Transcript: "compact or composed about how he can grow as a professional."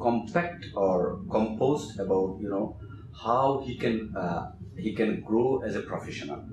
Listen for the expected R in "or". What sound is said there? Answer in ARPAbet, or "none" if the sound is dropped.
R